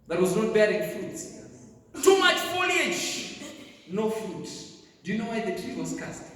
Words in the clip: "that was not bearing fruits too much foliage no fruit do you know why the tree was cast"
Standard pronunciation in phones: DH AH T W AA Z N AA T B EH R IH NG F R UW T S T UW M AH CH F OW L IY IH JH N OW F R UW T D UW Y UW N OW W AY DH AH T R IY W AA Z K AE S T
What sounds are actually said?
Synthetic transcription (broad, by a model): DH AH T W AA Z N AA T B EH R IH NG F UW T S T UW M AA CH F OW L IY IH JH N OW F UW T D UW Y UW N OW W AY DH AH T R IY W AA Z K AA S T